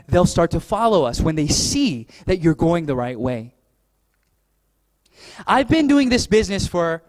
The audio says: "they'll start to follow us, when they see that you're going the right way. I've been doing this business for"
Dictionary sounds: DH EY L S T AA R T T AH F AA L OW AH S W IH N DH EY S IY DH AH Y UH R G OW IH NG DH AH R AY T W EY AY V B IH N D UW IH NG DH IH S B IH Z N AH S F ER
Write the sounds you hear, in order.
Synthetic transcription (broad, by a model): DH EY L S T AA R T T AH F AA L OW AH S W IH N DH EY S IY DH AH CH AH R G OW IH NG DH AH R AY T W EY AY V B IH N D UW IH NG DH IH S B IH Z N AH S F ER